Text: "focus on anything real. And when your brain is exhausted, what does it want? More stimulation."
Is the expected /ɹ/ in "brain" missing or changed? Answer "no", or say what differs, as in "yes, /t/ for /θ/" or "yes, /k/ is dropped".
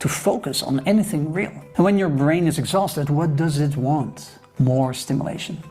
no